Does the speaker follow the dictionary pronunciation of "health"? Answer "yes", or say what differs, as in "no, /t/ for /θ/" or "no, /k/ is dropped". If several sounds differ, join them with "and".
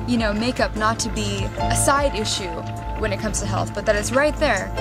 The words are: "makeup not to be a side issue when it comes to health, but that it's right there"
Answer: yes